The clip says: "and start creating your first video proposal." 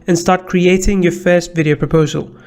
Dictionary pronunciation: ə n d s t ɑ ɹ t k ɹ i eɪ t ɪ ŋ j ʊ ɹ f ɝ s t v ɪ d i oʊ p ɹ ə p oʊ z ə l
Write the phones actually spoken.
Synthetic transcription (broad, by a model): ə n s t ɑ ɹ t k ɹ i eɪ t ɪ ŋ j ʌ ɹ f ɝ s t v ɪ d i oʊ p ɹ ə p oʊ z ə l